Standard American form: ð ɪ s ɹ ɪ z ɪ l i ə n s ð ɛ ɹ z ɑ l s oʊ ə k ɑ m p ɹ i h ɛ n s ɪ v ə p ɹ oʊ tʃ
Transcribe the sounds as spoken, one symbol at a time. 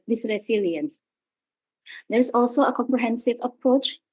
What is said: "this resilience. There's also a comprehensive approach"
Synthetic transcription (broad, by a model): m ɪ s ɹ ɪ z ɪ l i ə n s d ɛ ɹ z ɑ l s oʊ ə k ɑ m p ɹ i h ɛ n s ɪ v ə p ɹ oʊ tʃ